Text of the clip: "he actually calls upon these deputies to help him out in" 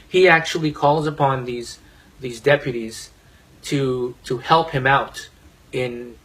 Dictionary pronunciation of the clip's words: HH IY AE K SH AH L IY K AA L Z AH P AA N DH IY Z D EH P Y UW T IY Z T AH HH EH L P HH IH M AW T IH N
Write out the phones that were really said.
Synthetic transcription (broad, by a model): HH IY AE K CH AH L IY K AA L Z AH P AA N DH IY Z D EH P Y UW T IY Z T AH HH EH L P HH IH M AW T IH N